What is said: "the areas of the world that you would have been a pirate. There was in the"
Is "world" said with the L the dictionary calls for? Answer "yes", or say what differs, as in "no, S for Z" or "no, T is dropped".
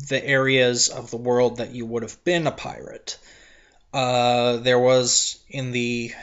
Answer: yes